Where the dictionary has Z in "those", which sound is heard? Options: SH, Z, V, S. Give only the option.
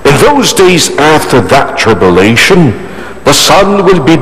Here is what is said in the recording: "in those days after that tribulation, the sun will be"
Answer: Z